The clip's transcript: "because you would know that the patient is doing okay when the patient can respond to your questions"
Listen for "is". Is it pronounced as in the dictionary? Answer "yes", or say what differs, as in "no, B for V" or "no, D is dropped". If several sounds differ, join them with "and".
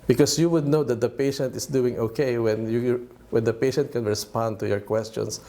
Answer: no, S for Z